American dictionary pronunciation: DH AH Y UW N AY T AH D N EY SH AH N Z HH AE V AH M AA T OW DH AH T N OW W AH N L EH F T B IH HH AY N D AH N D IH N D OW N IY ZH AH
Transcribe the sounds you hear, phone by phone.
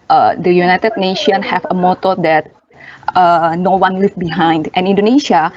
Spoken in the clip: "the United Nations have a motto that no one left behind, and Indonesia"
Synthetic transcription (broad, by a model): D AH Y UW N AY T AH D N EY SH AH N HH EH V AH M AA T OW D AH T N OW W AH N L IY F B IH HH AY N D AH N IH N D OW N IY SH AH